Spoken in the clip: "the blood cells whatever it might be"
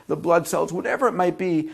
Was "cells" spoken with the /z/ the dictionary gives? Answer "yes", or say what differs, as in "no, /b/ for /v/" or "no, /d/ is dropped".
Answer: yes